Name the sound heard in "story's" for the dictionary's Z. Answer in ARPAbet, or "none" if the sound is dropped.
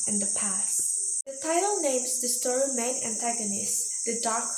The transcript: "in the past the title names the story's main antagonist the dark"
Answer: none